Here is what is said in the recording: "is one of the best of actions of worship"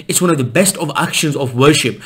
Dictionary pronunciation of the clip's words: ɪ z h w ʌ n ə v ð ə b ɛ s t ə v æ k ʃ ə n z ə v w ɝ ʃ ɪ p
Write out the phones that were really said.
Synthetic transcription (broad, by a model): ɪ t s w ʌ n ə v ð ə b ɛ s t ə v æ k ʃ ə n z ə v w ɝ ʃ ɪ p